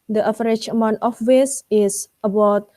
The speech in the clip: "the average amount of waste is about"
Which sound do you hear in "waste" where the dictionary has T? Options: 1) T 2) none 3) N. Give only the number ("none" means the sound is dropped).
2